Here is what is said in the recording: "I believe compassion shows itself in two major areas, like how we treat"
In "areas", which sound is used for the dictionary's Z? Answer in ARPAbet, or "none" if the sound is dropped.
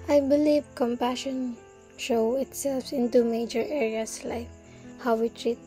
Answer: S